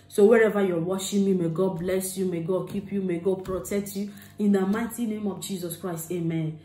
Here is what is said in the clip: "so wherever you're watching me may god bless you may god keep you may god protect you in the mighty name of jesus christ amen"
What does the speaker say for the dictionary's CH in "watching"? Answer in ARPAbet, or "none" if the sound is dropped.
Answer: SH